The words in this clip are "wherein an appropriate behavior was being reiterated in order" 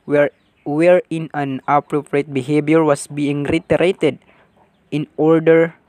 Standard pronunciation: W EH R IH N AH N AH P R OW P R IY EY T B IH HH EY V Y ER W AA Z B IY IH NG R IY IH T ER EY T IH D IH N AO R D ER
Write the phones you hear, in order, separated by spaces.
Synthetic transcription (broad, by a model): W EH R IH N AH N AH P R OW P R IY EY T B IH HH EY B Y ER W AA S B IY IH NG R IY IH T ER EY T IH D IH N AO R D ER